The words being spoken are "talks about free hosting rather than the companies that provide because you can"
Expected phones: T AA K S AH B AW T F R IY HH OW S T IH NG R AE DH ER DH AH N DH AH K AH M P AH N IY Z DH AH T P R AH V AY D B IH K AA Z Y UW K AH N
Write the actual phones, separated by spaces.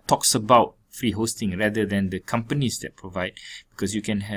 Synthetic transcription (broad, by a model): T AA K S AH B AW T F R IY HH OW S T IH NG R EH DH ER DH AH N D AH K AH M P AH N IY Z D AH T P R AH V AY D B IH K AA S Y UW K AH N